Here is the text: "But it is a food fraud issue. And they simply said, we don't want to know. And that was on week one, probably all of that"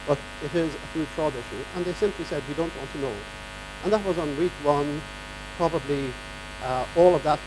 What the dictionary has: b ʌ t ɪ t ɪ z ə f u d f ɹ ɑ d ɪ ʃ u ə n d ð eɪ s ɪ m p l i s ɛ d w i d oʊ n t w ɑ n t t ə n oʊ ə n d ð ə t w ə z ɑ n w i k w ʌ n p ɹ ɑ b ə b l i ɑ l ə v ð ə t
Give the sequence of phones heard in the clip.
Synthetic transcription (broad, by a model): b ʌ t ɪ t ɪ z ə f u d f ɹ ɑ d ɪ ʃ u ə n ð eɪ s ɪ m p l i s ɛ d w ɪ d oʊ n t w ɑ n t t ə n oʊ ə n ð ə t w ə z n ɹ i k w ʌ n p ɹ ɑ b ə b l i ɑ l ə v ð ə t